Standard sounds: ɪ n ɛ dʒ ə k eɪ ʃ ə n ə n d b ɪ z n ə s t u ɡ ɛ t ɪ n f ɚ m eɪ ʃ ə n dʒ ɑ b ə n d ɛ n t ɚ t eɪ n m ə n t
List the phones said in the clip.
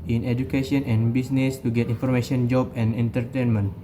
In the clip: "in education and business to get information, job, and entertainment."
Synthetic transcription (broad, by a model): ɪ n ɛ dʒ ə k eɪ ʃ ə n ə n b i s n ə s t u ɡ ɛ t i n f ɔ m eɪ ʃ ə n dʒ ɑ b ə n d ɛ n t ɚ t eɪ n m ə n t